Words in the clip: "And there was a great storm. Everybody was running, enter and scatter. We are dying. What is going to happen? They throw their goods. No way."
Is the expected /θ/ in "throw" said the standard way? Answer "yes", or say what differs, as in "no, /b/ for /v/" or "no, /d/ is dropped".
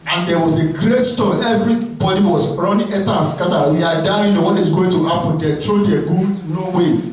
no, /t/ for /θ/